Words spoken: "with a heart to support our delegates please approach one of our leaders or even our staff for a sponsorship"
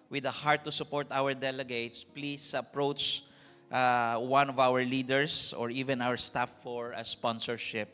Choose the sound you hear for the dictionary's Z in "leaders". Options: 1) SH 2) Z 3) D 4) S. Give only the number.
4